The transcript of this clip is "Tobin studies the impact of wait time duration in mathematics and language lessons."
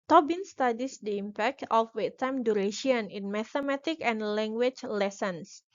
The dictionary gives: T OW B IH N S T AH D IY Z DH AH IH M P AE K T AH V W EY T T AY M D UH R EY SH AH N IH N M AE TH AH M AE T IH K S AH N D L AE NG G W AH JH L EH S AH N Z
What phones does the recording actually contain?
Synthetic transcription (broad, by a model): T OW B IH N S T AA D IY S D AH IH M P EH K T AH F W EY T T AY M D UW R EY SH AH N IH N M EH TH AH M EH T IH K AH N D L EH NG G W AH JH L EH S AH N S